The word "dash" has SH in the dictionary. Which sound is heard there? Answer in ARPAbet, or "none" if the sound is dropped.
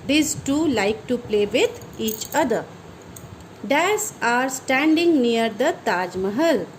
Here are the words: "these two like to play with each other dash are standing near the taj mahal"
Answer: S